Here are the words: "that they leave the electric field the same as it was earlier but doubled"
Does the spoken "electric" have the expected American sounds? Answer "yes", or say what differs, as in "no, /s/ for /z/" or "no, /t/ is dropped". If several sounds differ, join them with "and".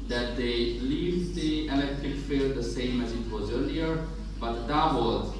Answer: yes